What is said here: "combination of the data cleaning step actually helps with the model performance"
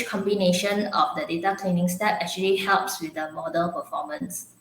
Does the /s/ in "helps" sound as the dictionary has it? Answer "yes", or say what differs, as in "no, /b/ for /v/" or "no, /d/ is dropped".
yes